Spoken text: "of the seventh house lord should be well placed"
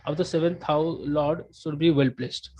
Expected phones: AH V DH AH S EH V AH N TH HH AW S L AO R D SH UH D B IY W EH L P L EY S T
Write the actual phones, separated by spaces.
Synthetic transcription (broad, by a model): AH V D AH S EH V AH N T HH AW L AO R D SH UH D B IY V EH L P L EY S T